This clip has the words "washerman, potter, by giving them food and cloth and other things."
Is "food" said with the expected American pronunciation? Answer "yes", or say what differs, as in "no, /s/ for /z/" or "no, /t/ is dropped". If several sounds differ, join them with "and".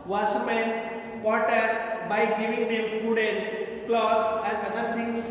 no, /p/ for /f/